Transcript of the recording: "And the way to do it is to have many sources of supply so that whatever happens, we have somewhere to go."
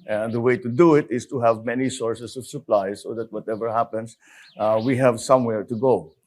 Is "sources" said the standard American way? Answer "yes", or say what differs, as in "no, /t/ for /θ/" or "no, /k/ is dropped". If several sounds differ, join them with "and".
no, /s/ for /z/